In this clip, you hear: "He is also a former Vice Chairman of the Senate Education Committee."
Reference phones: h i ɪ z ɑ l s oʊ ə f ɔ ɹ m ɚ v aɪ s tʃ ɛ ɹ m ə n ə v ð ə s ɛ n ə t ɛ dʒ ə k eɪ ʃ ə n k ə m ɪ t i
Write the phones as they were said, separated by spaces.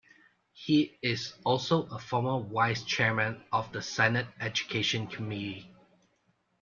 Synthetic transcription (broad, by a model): h i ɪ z ɑ l s oʊ ə f ɔ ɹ m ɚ w aɪ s tʃ ɛ ɹ m ə n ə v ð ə s ɛ n ə t ɛ dʒ ə k eɪ ʃ ə n k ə m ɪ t i